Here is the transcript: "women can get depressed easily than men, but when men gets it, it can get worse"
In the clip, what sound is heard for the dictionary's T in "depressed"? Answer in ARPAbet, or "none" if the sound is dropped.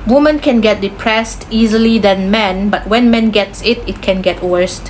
T